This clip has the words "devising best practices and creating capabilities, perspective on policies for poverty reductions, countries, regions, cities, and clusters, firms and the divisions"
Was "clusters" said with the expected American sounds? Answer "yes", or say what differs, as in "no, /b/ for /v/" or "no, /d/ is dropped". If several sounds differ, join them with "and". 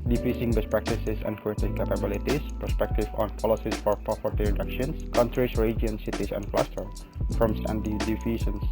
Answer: no, /z/ is dropped